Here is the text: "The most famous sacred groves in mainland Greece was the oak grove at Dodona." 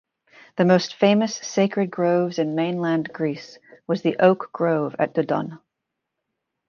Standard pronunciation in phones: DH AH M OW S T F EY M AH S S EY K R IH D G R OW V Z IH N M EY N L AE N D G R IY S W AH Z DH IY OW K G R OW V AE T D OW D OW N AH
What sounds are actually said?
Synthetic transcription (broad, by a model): DH AH M OW S T F EY M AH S S EY K R IH D G R OW V Z IH N M EY N L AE N G R IY S W AH Z DH IY OW K G R OW V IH T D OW D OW N